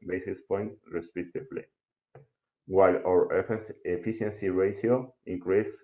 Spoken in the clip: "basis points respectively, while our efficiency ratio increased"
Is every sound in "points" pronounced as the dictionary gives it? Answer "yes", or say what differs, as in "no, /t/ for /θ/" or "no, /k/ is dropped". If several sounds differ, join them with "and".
no, /s/ is dropped